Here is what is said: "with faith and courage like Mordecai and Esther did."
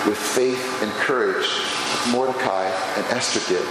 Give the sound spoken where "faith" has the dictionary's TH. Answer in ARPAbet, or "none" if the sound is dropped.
TH